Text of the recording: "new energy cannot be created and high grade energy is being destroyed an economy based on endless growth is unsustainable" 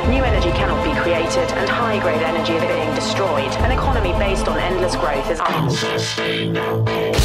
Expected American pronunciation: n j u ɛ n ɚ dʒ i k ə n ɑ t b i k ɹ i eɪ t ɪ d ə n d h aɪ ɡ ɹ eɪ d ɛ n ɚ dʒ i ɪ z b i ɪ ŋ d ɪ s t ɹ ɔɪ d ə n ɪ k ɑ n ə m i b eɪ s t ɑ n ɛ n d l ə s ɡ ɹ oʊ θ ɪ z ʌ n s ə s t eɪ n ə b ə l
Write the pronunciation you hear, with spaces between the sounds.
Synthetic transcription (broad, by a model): n j u ɛ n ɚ dʒ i k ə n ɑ t b i k ɹ i eɪ t ɪ d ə n h aɪ ɡ ɹ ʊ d ɛ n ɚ dʒ i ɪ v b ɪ ɪ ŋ d ɪ s t ɹ ɔɪ d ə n ɪ k ɑ n ə m i b eɪ s t n ɛ n d l ə s ɡ ɹ oʊ θ ɪ z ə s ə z